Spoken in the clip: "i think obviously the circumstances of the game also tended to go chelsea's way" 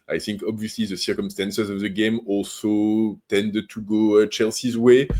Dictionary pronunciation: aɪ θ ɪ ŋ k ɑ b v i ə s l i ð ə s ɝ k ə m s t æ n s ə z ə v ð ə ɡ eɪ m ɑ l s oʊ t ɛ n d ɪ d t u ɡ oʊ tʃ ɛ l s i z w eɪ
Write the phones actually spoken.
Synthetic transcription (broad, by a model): aɪ θ ɪ ŋ k ɑ b v i ə s l i ð ə s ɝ k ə m s t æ n s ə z ə v ð ə ɡ eɪ m ɑ l s oʊ t ɛ n d ɪ d t u ɡ oʊ tʃ ɛ l s i z w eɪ